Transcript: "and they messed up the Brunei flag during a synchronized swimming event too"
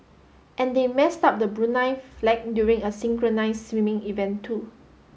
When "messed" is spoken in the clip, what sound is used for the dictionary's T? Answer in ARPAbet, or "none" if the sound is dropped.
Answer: T